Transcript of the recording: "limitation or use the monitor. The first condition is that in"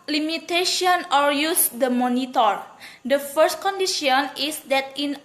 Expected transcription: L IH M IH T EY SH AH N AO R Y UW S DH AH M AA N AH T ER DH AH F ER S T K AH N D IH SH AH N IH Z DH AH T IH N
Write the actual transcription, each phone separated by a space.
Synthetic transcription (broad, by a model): L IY M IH T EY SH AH N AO L Y UW S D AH M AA N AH T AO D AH F ER S T K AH N D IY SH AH N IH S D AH T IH N